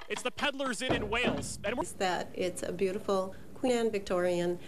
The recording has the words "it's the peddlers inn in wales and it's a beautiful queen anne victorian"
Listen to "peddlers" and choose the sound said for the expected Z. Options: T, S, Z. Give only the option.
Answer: Z